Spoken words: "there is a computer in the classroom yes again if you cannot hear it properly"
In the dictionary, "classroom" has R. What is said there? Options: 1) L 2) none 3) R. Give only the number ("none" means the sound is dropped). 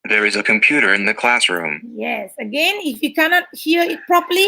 3